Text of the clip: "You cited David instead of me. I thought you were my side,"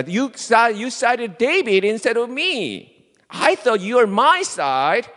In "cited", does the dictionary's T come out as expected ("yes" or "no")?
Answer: no